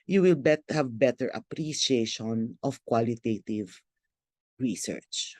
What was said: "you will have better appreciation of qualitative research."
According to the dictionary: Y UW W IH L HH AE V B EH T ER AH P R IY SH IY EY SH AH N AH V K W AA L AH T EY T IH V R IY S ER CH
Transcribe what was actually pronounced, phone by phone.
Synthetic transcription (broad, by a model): Y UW W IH L HH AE V B EH T ER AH P R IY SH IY EY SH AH N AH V K W AA L AH T EY T IH V R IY S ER CH